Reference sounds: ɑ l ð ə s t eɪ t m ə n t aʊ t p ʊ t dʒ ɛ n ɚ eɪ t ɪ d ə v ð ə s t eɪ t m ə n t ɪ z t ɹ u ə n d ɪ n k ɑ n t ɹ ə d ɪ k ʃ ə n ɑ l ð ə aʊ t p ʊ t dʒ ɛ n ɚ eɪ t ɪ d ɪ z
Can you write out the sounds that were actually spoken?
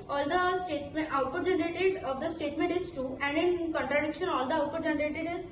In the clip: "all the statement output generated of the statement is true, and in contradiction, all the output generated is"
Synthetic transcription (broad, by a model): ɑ l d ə s t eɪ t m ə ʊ t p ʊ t dʒ ɛ n ɚ eɪ t ɪ d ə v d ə s t eɪ t m ə n t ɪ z t u ə n d ɪ n k ɑ n t ɹ ə d ɪ k ʃ ə n ɑ l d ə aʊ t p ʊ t dʒ ɛ n ɚ eɪ t ɪ d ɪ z